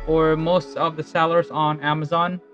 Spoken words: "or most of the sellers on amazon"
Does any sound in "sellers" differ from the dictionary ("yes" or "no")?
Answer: no